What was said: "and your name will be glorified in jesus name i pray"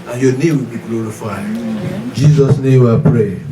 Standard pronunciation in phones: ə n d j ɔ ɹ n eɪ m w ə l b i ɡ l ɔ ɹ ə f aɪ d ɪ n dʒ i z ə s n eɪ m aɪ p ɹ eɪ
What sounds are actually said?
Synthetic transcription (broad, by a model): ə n j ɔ n eɪ m w ə l b i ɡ l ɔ ɹ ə f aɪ ɪ n dʒ i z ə s n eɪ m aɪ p ɹ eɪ